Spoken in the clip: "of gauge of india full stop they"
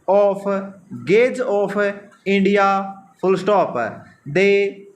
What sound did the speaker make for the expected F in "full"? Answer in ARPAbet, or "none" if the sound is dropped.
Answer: P